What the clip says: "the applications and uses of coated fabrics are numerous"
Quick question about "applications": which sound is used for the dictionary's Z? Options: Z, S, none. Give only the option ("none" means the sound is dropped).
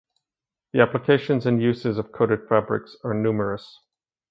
Z